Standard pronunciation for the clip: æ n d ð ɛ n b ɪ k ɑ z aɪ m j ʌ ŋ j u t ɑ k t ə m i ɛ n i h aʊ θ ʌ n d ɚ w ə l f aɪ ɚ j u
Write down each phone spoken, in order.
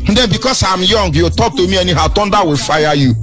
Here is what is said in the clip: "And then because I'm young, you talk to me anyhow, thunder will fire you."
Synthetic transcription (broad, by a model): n d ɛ n b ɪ k ɑ s aɪ m j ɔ ŋ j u t ɑ k t ə m i ɛ n i h aʊ t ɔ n d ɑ w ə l f aɪ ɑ j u